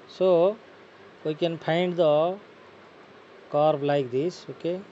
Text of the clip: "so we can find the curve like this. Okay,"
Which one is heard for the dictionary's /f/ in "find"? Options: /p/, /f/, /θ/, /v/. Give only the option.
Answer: /p/